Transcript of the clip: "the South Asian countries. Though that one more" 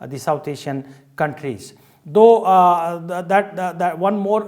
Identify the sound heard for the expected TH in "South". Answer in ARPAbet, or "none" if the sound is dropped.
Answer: T